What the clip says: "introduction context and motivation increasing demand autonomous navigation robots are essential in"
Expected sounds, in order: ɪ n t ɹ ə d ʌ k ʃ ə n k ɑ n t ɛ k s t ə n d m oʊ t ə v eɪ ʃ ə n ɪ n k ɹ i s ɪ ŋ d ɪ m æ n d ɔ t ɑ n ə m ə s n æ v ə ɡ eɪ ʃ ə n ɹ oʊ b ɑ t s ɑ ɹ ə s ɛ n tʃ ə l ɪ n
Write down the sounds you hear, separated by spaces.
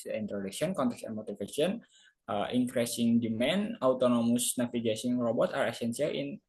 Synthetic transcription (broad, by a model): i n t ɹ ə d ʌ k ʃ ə n k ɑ n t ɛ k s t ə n m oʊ t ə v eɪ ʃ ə n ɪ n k ɹ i s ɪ ŋ d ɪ m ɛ n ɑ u t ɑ n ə m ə s n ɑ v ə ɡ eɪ s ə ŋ ɹ oʊ b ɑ t ɑ ɹ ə s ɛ n s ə l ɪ n